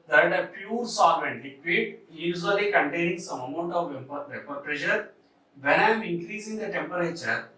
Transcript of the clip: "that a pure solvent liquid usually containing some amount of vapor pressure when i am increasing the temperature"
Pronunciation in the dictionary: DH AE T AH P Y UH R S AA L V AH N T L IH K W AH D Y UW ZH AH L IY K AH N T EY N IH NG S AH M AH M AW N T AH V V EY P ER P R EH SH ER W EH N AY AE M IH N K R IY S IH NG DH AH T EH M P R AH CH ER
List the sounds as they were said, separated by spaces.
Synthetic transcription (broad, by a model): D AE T AH P Y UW R S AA V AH N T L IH K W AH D Y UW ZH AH L IY K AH N T EY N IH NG S AH M AH M AW N T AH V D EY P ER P R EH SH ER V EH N AY M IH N K R IY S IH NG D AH T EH M P R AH CH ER